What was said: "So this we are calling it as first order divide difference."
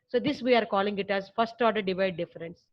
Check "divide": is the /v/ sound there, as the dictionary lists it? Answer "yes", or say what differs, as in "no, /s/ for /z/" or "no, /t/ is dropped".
yes